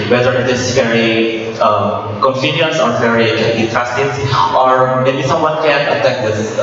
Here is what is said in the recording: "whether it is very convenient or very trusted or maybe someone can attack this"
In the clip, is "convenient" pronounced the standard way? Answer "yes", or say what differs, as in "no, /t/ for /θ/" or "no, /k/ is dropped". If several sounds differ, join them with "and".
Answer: no, /f/ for /v/